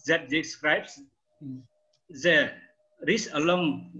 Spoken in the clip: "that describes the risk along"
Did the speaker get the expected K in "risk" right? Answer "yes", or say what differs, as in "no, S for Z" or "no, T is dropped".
no, K is dropped